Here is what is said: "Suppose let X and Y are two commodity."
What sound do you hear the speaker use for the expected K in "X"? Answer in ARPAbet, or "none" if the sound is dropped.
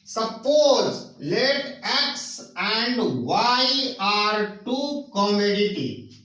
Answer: K